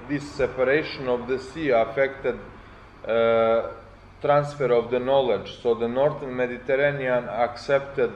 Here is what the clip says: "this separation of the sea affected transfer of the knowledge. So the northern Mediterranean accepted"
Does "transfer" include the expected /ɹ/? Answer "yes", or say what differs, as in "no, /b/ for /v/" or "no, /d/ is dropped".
yes